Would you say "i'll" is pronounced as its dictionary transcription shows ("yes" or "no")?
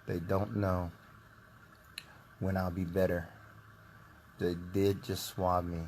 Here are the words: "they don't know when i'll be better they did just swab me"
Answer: yes